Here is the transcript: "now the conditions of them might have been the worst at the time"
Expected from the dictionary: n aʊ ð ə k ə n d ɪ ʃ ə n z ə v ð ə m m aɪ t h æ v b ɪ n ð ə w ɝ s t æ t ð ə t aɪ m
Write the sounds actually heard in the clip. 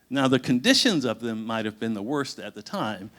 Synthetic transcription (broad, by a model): n aʊ ð ə k ə n d ɪ ʃ ə n z ə v ð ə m m aɪ t h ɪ v b ɪ n ð ə w ɝ s t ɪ t ð ə t aɪ m